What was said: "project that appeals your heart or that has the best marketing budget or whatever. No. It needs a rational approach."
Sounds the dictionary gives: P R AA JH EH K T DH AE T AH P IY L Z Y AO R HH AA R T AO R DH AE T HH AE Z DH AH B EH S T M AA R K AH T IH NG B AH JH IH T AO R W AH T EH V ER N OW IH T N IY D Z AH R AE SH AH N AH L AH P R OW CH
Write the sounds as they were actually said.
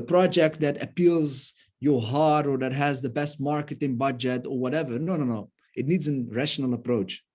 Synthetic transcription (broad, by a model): P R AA JH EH K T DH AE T AH P IY L Z Y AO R HH AA R T AO R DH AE T HH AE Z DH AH B EH S T M AA R K AH T IH NG B AH JH IH T AO R W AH T EH V ER N OW IH T N IY D Z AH R AE SH AH N AH L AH P R OW CH